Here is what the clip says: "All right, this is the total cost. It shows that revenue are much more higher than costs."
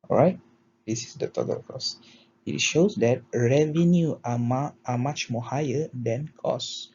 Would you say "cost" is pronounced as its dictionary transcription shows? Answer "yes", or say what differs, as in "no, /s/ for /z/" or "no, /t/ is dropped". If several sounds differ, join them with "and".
no, /t/ is dropped